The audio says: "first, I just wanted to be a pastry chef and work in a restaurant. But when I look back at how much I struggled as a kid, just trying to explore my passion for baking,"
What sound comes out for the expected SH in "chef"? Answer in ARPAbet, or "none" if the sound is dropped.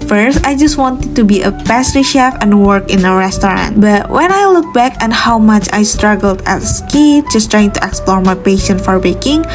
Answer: SH